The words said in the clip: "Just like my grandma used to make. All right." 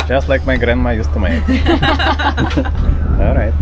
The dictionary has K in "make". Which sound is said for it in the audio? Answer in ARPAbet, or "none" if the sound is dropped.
none